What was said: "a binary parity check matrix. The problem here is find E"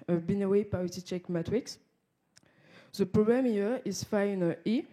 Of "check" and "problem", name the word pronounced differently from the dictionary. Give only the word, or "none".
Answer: problem